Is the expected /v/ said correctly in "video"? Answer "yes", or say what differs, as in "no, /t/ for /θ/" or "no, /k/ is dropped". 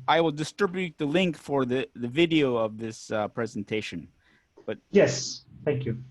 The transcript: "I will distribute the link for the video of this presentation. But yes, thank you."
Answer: yes